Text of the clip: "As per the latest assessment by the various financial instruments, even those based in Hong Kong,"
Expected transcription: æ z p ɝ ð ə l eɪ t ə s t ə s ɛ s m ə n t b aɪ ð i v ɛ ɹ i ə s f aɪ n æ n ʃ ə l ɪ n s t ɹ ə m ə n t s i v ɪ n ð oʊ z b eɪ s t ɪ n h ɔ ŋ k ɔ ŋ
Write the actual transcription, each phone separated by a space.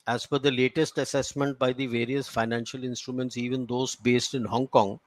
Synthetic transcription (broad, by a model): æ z f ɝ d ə l eɪ t ə s t ə s ɛ s m ə n t b aɪ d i v ɛ ɹ i ə s f aɪ n æ n ʃ ə l ɪ n s t ɹ ə m ə n t s i v ɪ n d oʊ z b eɪ s t ɪ n h ɔ ŋ k ɔ ŋ